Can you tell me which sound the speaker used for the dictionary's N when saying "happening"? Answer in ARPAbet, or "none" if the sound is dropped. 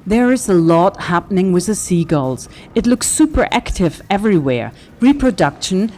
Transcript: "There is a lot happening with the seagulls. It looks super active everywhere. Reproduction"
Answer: N